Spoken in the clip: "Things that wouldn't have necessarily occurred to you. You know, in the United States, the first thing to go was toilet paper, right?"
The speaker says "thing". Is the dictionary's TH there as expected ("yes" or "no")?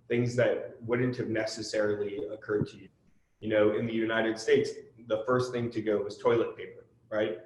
yes